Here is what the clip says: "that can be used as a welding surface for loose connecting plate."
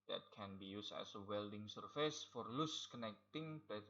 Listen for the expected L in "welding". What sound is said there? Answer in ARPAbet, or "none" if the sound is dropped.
L